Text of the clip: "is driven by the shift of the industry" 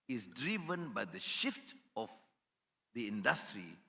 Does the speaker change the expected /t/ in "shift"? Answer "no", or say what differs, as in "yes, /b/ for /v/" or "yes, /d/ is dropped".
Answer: no